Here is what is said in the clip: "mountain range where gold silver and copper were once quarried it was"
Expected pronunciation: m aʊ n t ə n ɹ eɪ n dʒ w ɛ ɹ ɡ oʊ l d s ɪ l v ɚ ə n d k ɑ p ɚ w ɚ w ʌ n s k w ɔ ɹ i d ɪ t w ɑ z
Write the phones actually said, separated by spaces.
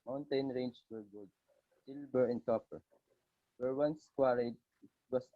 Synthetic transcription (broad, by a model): m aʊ n t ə n ɹ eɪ n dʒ w ɛ ɹ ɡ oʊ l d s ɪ l b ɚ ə n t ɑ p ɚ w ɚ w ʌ n s k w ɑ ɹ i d ɪ t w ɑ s